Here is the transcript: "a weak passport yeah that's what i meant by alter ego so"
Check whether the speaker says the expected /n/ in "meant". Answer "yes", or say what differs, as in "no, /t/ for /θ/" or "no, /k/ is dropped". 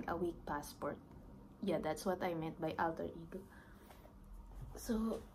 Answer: no, /n/ is dropped